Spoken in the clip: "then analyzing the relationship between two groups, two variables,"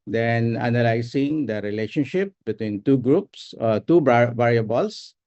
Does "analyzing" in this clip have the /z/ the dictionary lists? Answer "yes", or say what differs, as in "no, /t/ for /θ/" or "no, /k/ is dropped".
no, /s/ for /z/